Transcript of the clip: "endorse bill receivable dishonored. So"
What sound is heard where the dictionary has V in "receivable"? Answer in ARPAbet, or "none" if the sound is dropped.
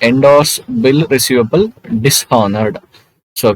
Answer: V